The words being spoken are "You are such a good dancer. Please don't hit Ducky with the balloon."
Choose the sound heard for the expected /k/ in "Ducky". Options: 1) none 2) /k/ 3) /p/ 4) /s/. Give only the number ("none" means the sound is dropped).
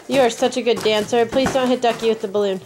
2